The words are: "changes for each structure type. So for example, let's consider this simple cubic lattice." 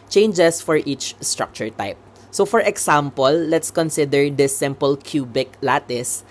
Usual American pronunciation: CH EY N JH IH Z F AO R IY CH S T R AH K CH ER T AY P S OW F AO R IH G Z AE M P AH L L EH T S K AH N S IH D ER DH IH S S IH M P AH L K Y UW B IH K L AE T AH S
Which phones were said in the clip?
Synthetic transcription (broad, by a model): CH EY N JH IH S F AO R IY CH S T R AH K CH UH T AY P S OW F AO R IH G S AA M P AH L L EH T S K AH N S IH D ER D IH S S IH M P AH L K Y UW B IH K L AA T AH S